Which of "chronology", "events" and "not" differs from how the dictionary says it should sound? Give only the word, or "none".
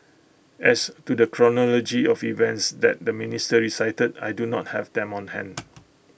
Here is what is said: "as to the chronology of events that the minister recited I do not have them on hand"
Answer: none